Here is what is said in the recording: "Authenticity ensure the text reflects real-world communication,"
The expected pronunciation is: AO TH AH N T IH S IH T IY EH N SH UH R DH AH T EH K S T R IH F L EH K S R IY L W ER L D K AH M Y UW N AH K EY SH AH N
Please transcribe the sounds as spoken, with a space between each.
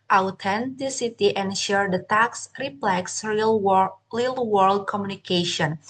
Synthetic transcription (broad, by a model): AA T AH N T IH S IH T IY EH N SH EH R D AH T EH K S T R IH P L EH K S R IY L W ER L D K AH M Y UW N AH K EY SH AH N